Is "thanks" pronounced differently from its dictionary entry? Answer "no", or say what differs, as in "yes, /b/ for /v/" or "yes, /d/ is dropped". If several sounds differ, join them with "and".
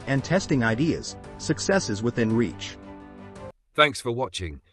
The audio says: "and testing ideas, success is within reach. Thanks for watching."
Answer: no